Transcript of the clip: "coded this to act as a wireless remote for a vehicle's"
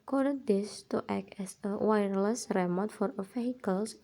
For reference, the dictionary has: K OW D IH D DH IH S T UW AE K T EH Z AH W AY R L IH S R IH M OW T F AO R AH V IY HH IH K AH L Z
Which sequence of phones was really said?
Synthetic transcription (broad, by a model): K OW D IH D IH S T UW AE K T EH S AH W AY R L IH S R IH M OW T F AO R AH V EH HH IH K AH L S